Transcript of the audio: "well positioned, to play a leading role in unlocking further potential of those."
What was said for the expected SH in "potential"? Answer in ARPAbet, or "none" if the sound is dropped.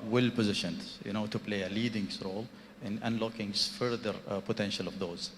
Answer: SH